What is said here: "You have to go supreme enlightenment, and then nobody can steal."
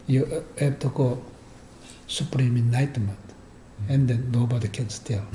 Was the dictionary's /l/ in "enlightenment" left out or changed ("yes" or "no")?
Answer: yes